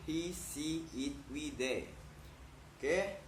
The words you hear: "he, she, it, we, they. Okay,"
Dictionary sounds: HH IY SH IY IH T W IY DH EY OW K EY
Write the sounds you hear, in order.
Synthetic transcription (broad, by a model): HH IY S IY IH T W IY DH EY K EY